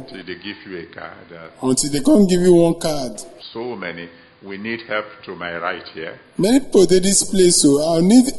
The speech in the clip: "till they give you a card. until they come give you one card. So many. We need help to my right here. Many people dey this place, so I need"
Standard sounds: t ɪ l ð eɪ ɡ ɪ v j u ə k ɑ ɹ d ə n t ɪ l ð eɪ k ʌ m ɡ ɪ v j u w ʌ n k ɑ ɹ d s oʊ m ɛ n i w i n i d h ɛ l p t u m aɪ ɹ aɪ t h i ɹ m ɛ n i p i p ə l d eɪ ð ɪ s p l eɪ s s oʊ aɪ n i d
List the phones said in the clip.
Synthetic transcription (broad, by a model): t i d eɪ ɡ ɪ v j u ə k ɑ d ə n t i l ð eɪ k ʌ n ɡ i v j u w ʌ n k ɑ d s oʊ m ɛ n i w i n i d h ɛ l p t u m aɪ ɹ aɪ t h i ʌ m ɛ n i p i p ə l d eɪ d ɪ s p l eɪ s s oʊ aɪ n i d